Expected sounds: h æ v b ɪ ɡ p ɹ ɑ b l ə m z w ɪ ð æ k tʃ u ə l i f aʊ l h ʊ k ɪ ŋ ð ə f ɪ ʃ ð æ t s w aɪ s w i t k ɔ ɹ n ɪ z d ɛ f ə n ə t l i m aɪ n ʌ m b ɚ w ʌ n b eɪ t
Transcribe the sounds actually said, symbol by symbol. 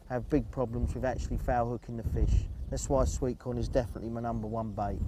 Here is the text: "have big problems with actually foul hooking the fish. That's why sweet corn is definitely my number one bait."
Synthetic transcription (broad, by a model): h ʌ v b ɪ ɡ p ɹ ɑ b l ə m z w ɪ ð æ k tʃ u ə l i f aʊ h ʊ k ɪ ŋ ð ə f ɪ ʃ ð æ t s w aɪ s w i t k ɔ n ɪ z d ɛ f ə n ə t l i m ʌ n ʌ m b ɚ w ʌ n b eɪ t